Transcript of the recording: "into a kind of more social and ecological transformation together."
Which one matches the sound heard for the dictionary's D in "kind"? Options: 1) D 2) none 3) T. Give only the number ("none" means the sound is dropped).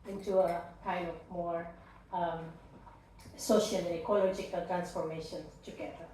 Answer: 2